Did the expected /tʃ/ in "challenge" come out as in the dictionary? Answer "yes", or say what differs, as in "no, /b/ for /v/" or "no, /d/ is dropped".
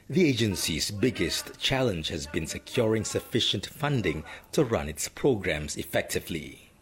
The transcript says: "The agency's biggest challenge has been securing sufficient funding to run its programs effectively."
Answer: yes